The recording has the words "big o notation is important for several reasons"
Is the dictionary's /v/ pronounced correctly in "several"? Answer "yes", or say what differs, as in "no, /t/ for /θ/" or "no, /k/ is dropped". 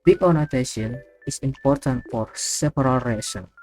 no, /p/ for /v/